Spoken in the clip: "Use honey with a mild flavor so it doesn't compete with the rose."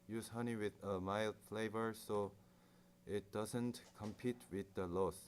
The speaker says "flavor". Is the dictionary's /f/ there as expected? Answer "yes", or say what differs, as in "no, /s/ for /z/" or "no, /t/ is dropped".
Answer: yes